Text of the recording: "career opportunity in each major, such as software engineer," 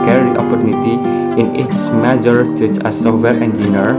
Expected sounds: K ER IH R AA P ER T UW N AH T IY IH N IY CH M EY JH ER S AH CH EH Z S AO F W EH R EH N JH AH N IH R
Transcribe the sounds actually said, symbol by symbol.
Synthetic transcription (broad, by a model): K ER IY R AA P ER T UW N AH T IY IH N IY S M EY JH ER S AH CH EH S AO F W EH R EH N JH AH N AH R